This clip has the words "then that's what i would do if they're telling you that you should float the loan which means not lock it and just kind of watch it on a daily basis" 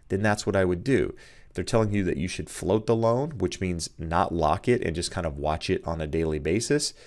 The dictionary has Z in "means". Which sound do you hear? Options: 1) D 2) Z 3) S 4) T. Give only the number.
2